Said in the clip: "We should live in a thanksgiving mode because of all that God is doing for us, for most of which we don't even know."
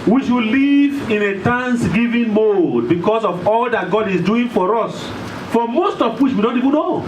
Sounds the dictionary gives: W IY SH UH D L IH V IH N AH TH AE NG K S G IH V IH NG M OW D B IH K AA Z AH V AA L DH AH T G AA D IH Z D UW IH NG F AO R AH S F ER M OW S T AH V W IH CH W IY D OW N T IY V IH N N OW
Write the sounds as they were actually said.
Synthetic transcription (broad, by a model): W IY SH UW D L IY V IH N AH T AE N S G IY V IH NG M OW D B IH K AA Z AH V AA L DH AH T G AA D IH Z D UW IH NG F AO R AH S F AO M OW S T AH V W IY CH W IY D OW N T IY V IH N N OW